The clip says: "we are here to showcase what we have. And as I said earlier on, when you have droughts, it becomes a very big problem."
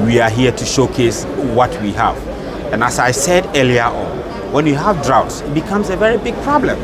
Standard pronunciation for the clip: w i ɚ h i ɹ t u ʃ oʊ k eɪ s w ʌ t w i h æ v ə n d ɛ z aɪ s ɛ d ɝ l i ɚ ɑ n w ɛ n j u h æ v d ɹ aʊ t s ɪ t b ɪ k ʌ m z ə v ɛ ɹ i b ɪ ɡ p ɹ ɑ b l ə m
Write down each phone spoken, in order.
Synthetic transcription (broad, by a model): w i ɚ h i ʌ t u ʃ oʊ k eɪ s w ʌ t w i h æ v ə n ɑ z aɪ s ɛ d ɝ l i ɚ ɑ n w ɛ n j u h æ v d ɹ aʊ t s ɪ t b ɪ k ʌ m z ə v ɛ ɹ i b ɪ ɡ p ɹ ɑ b l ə m